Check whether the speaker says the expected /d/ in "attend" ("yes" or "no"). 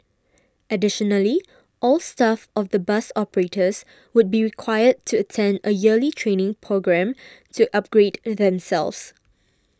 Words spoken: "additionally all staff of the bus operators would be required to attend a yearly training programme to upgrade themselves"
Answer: yes